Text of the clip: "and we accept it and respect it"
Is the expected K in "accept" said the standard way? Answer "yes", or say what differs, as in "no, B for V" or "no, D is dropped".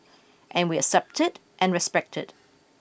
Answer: no, K is dropped